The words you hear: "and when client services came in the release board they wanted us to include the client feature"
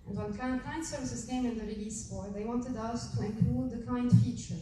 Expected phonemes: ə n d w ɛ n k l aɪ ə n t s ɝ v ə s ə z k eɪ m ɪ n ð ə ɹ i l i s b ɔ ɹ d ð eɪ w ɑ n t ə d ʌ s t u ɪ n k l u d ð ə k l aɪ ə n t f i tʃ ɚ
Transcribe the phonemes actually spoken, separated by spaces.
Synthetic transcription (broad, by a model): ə n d w ɛ n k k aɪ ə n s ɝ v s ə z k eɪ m ɪ n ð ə ɹ i l i s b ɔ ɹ ð eɪ w ɑ n t ə d ʌ s t u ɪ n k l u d ð ə k aɪ n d f i tʃ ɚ